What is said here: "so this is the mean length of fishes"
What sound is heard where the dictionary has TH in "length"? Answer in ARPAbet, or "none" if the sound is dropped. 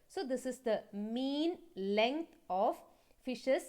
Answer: T